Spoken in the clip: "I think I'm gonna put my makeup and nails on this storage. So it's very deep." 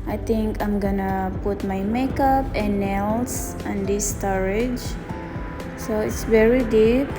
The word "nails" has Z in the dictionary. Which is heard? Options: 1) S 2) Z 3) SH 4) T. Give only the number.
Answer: 1